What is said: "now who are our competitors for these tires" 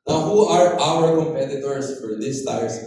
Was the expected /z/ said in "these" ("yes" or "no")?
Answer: no